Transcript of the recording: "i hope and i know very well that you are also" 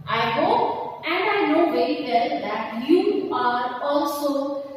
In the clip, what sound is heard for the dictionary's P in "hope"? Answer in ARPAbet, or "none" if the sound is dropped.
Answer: none